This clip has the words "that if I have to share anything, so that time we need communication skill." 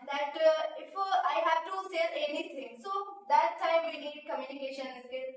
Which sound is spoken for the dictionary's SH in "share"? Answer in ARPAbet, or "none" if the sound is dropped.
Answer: S